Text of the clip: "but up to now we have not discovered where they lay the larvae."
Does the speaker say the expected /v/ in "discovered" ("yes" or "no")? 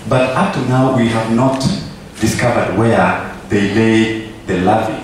yes